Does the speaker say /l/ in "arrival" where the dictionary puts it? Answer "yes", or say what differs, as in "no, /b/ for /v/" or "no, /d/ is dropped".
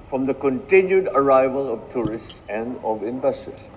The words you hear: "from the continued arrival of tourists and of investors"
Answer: yes